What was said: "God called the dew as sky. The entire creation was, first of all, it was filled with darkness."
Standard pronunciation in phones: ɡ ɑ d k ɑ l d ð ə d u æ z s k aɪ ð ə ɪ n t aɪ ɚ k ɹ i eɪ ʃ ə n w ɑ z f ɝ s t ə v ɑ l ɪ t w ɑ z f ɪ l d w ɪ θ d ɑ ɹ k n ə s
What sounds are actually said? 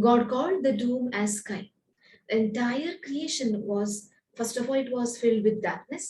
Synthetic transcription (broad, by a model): ɡ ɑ d k ɑ l d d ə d u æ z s k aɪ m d ɪ n t aɪ ɚ k ɹ i eɪ ʃ ə n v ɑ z f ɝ s t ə f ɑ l ɪ t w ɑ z f ɪ l d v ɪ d d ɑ ɹ k n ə s